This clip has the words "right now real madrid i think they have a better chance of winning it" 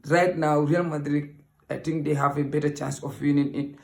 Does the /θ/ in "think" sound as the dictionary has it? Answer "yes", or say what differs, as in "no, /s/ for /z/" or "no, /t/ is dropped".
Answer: no, /t/ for /θ/